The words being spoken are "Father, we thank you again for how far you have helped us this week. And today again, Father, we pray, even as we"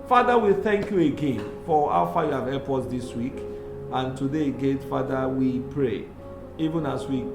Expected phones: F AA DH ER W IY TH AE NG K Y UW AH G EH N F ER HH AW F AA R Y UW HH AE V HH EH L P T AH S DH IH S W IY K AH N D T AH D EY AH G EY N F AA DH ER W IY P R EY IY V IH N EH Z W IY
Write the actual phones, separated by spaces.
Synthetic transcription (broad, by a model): F AA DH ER W IY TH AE NG K Y UW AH G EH N F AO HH AW F AA Y UW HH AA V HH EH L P AO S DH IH S W IY K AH N T AH D EY G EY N F AA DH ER W IY P R EY IY V IH N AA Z W IY